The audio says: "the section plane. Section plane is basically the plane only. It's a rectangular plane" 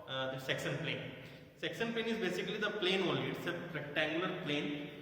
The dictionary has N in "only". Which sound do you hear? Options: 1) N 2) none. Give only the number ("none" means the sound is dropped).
2